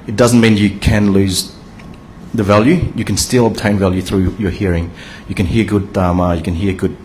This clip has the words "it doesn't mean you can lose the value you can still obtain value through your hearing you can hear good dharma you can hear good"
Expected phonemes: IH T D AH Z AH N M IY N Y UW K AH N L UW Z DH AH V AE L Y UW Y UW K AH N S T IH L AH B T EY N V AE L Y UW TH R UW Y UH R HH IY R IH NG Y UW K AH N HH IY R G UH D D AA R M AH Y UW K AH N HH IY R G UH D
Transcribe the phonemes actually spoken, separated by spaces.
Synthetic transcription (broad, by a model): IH T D AH Z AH N M IY N Y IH K AH N L UW Z DH AH V AE L Y UW Y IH K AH N S T IH L AH B T EY N V AE L Y UW TH R UW Y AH R HH IY R IH NG Y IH K AH N HH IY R G UH D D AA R M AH Y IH K AH N HH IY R G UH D